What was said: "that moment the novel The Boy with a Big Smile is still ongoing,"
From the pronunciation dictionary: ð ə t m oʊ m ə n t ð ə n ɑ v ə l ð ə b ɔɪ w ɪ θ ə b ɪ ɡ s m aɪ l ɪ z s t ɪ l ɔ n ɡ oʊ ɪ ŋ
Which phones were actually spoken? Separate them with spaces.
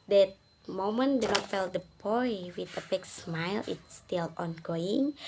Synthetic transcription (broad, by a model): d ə t m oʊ m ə n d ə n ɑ f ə l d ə b ɔɪ w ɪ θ ə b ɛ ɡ s m aɪ l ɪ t s t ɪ l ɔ n ɡ oʊ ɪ ŋ